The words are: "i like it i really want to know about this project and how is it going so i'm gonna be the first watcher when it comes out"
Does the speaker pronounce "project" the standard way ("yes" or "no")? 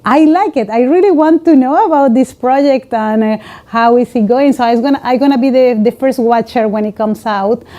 yes